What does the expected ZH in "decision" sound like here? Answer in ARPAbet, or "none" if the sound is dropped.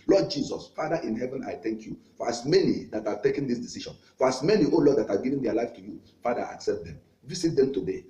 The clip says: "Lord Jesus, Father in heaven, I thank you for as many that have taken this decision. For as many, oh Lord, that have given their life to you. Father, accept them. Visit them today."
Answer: SH